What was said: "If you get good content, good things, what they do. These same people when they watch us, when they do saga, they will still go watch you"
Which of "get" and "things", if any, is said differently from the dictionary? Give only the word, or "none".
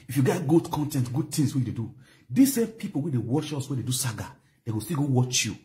things